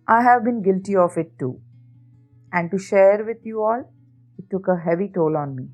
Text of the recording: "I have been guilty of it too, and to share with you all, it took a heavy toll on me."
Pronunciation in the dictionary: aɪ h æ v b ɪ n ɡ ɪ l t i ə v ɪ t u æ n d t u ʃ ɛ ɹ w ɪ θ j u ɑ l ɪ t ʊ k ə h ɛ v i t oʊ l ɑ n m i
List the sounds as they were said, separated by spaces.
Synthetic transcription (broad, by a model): aɪ h æ v b ɪ n ɡ ɪ l t i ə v ɪ t u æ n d t u ʃ ɛ ɹ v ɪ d j u ɑ l ɪ t ʊ k ə h ɛ v i t oʊ l ɑ n m i